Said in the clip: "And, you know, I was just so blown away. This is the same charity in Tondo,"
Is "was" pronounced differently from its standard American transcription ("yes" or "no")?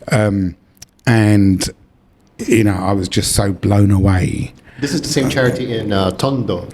no